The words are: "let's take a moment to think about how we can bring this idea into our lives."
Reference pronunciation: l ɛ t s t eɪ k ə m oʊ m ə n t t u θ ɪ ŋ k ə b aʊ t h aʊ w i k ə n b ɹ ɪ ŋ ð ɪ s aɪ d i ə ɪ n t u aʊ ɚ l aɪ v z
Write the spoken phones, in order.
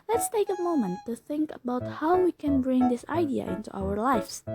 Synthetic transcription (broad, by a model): l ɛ t s t eɪ k ə m oʊ m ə n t t u θ ɪ ŋ k ə b aʊ t h aʊ w i k ə n b ɹ ɪ ŋ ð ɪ s aɪ d i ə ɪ n t u aʊ ɚ l aɪ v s